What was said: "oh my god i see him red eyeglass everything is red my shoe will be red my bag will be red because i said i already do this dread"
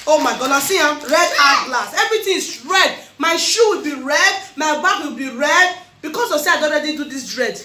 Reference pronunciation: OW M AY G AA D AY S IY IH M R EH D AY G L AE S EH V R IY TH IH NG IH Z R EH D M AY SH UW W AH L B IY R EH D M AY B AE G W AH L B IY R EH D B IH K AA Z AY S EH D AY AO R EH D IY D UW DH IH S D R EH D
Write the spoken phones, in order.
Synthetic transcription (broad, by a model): OW M AY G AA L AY S IY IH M R EH D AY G L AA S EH V R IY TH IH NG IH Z R EH D M AY SH UW W AH L B IY R EH D M AY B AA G W AH L B IY R EH D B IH K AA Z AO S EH AY AO R EH D IY D UW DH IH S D R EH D